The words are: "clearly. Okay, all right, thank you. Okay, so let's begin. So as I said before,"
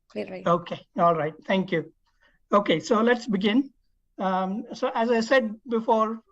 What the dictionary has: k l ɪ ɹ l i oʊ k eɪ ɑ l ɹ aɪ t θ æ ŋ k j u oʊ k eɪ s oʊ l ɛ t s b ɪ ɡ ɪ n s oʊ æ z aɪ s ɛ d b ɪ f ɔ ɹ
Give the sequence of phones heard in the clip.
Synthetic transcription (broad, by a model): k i oʊ k eɪ ɑ l ɹ aɪ t t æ ŋ k j u oʊ k eɪ s oʊ l ɛ t s b ɪ ɡ ɪ n s oʊ æ z aɪ s ɛ d b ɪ f ɔ ɹ